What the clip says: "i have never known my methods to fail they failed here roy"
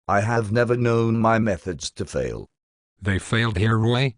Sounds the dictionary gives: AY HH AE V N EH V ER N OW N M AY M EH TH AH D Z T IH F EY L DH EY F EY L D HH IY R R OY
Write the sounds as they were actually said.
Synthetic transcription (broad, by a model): AY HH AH V N EH V ER N OW N M AY M EH TH AH D Z T IH F EY L DH EY F EY L D HH IY R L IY